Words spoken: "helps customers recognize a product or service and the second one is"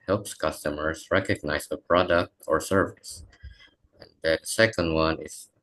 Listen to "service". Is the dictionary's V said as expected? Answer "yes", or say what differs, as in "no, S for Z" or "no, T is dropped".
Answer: yes